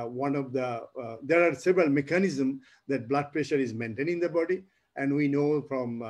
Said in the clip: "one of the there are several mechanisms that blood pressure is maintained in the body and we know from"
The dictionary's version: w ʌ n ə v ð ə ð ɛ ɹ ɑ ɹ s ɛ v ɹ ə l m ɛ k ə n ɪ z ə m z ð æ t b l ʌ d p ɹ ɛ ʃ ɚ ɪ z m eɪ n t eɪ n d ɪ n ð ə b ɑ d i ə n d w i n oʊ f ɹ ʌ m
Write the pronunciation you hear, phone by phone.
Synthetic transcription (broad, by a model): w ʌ n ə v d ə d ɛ ɹ ɑ ɹ s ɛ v ɹ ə l m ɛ k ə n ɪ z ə m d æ t b l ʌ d p ɹ ɛ ʃ ɚ ɪ z m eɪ n t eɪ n ɪ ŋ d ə b ɑ d i ə n d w i n oʊ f ɹ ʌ m